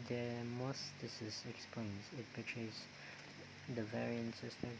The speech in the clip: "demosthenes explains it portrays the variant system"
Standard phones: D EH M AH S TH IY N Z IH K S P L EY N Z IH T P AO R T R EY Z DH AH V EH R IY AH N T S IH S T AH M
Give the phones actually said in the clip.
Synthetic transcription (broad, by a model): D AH M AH S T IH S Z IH K S P L EY N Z IH T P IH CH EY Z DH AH V EH R IY AH N T S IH S T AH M